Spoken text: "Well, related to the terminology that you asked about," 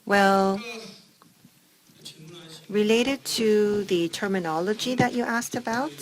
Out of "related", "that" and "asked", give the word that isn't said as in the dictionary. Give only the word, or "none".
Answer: none